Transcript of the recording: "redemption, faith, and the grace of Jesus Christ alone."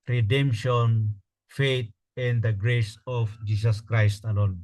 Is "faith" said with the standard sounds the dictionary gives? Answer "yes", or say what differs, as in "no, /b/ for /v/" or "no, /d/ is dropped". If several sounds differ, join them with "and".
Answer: no, /t/ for /θ/